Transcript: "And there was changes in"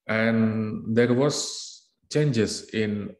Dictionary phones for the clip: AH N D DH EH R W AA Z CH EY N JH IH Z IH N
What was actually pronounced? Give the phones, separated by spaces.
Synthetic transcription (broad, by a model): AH N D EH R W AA S CH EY N JH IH S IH N